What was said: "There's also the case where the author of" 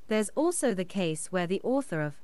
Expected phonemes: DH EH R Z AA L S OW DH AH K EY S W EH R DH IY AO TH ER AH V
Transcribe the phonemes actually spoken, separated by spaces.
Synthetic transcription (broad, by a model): DH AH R Z AA L S OW DH AH K EY S W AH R DH IY AO TH ER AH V